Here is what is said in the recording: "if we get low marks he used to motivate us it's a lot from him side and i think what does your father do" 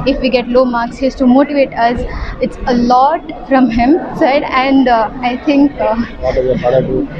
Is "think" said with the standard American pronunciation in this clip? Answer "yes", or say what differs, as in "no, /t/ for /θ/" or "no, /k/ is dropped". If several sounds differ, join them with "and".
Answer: no, /t/ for /θ/